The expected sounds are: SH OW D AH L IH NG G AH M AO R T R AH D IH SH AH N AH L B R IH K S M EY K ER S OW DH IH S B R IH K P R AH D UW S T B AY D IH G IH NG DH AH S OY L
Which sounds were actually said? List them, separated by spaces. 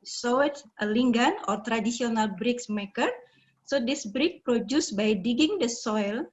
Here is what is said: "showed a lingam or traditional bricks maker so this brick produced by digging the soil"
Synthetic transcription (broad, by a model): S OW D AH L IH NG G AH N AO R T R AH D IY S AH N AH L B R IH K S M EY K ER S OW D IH S B R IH K P R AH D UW S B AY D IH G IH NG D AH S OY L